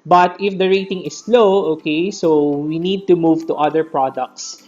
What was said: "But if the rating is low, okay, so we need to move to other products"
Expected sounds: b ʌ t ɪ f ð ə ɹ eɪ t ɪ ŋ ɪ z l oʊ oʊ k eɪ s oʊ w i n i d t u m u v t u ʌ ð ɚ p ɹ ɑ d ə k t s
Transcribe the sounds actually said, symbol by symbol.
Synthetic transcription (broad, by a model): b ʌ t ɪ f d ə ɹ eɪ t ɪ ŋ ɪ s l oʊ oʊ k eɪ s oʊ w i n i d t u m u v t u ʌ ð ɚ p ɹ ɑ d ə k t s